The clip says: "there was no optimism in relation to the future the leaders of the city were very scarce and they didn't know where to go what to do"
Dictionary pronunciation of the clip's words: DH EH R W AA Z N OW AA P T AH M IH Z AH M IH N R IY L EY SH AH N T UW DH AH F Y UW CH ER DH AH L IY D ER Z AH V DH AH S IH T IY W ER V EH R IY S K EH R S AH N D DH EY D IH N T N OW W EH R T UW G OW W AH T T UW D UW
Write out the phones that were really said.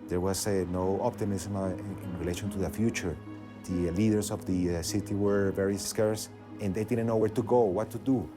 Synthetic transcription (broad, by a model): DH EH R W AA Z N OW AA P T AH M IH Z M IH N R IY L EY SH AH N T UW DH AH F Y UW CH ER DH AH L IY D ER S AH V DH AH S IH T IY W ER V EH R IY S K EH R S AH N D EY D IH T N OW W EH R T UW G OW W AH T T UW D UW